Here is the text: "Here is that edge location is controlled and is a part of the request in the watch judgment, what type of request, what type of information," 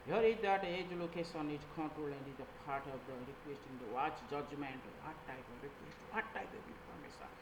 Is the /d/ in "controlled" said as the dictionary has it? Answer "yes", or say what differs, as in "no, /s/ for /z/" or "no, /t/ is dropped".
no, /d/ is dropped